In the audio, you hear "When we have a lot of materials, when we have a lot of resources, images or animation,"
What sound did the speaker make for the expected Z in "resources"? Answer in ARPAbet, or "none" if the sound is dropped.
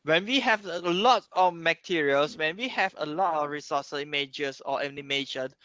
none